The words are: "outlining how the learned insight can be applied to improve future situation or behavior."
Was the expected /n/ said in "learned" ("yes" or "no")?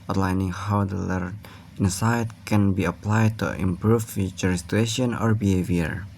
no